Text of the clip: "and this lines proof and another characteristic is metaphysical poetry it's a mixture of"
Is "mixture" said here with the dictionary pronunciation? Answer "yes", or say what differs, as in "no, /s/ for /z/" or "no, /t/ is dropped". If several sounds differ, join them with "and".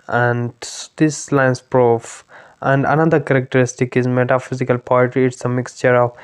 yes